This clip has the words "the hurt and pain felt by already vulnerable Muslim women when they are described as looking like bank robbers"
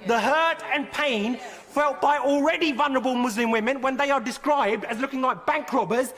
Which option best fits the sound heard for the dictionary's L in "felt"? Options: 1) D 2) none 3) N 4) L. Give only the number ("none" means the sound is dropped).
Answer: 4